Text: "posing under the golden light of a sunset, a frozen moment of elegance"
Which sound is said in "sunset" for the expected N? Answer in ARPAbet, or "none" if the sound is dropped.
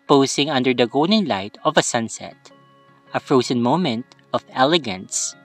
N